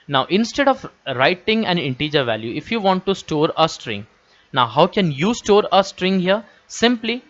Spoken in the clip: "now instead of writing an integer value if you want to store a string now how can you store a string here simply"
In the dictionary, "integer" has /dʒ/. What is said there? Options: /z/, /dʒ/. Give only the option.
/dʒ/